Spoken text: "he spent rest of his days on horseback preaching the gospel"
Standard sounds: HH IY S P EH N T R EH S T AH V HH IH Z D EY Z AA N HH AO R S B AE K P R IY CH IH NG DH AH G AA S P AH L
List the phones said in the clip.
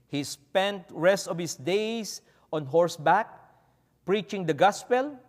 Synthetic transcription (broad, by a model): HH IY S P EH N T R EH S T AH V HH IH S D EY S AA N HH AO R S B AE K P R IY CH IH NG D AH G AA S P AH L